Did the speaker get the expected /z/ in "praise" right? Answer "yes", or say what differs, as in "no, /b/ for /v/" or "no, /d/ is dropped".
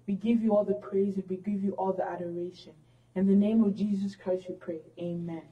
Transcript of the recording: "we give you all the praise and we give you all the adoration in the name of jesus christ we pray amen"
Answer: yes